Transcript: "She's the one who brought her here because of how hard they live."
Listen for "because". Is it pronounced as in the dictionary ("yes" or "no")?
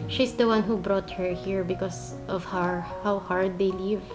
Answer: no